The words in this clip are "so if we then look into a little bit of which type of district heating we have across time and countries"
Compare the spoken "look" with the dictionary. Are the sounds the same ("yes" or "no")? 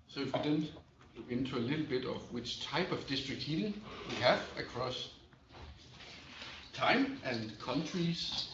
no